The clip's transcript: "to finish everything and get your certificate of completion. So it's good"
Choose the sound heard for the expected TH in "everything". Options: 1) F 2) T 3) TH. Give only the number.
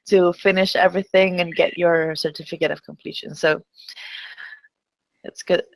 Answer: 3